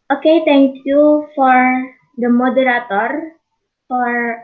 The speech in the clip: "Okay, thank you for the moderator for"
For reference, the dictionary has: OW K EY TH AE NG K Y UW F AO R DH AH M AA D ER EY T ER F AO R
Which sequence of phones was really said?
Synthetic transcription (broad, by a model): OW K EY T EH NG K Y UW F AO R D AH M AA D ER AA T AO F AO R